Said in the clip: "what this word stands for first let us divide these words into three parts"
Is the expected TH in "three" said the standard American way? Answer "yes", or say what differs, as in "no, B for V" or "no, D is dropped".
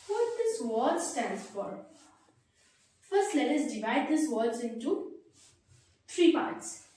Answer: no, T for TH